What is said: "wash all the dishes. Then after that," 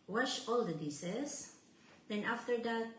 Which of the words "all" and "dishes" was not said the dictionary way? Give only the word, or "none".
dishes